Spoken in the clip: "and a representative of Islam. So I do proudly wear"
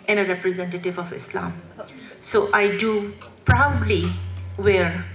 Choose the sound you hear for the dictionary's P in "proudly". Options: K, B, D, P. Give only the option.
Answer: P